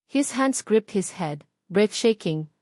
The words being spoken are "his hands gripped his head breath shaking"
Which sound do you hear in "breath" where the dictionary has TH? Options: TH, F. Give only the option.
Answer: F